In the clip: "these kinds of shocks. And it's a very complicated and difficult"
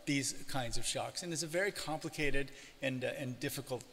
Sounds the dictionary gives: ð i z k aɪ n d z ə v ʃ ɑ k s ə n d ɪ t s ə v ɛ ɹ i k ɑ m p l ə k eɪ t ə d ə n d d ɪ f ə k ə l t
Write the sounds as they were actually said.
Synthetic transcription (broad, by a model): ð i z k aɪ n d z ə v ʃ ɑ k s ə n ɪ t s ə v ɛ ɹ i k ɑ m p l ə k eɪ t ə d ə n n d ɪ f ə k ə l t